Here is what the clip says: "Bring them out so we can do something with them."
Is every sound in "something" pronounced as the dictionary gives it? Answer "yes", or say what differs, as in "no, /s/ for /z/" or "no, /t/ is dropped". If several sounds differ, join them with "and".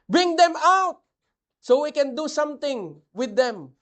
no, /t/ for /θ/